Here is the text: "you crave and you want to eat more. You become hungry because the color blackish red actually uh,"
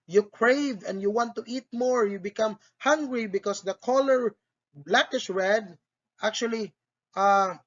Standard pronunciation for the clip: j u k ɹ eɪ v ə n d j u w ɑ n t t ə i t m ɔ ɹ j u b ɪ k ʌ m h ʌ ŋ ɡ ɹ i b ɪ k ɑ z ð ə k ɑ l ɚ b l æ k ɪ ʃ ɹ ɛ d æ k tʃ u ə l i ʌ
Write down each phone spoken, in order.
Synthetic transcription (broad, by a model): j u k ɹ eɪ v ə n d j u w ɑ n t t i t m ɔ ɹ j u b ɪ k ʌ m h ʌ ŋ ɡ ɹ i b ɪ k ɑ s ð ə k ɑ l ɚ b l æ k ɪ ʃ ɹ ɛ d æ k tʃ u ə l i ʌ